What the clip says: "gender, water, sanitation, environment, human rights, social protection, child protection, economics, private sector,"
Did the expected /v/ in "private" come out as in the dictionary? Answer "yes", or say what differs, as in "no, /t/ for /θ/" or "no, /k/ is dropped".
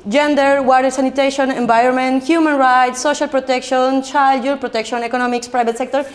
no, /b/ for /v/